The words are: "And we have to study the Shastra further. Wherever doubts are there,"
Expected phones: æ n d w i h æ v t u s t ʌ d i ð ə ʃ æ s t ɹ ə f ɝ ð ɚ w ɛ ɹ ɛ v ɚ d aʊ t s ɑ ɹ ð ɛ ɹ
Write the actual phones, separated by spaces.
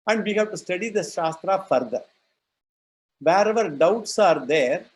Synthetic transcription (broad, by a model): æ n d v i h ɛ b t u s t ʌ d i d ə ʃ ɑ s t ɹ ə f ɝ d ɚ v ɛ ɹ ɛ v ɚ d aʊ t s ɑ ɹ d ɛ ɹ